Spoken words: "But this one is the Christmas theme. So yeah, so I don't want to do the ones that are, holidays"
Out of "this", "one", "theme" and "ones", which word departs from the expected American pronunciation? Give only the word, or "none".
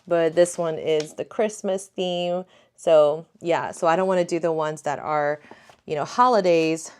none